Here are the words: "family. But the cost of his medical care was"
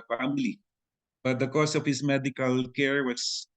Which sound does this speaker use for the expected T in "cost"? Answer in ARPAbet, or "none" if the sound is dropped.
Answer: none